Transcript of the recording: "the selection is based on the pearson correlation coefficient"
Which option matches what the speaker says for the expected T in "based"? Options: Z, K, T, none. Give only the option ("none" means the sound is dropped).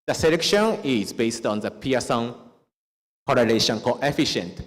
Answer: T